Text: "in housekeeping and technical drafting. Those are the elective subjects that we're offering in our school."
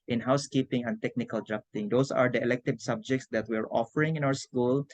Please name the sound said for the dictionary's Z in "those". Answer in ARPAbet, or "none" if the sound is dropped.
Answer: S